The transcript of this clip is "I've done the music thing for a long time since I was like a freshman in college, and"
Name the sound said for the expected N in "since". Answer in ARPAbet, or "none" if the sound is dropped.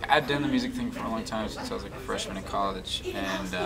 none